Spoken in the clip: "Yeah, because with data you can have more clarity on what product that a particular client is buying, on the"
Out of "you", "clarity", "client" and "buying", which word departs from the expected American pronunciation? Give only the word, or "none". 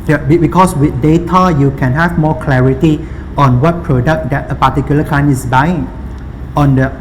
client